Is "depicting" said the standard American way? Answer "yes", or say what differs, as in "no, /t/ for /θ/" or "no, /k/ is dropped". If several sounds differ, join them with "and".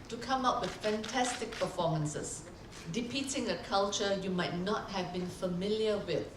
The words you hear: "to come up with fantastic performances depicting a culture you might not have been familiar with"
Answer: no, /k/ is dropped